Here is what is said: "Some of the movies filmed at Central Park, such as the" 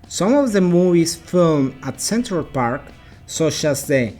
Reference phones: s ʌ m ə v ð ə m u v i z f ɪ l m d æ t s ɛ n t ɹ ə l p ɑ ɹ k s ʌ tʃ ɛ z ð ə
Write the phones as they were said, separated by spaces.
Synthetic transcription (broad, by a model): s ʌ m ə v ð ə m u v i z f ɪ l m æ t s ɛ n t ɹ ə l p ɑ ɹ k s ʌ tʃ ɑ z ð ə